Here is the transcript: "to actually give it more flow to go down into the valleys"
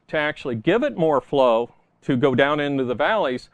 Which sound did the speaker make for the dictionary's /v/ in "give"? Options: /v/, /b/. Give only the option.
/v/